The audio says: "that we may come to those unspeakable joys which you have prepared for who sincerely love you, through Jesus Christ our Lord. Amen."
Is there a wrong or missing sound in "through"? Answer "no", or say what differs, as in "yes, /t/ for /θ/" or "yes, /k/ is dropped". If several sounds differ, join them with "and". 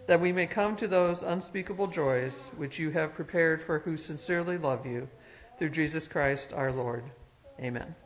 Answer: no